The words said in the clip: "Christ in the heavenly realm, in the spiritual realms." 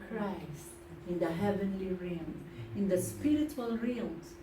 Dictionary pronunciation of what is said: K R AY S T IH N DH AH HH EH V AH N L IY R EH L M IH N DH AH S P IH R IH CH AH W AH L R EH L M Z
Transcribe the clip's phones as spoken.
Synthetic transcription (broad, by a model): K R AY S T IH N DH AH HH EH V AH N L IY R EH M IH N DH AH S P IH R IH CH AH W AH L R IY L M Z